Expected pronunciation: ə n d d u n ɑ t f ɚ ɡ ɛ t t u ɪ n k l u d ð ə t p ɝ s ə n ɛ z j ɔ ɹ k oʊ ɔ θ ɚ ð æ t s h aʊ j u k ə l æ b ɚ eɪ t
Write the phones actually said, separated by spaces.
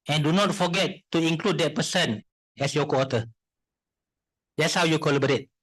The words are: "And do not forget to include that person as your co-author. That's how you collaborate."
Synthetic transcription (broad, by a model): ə n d d u n ɑ t f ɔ ɡ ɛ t t u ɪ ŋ k l u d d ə t p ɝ s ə n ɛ s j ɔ k oʊ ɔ t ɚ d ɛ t s h aʊ j u k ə l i b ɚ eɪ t